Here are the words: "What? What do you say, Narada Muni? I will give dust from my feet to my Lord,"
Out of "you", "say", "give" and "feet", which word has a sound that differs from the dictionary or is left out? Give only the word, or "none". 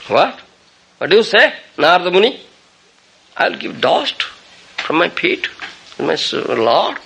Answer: feet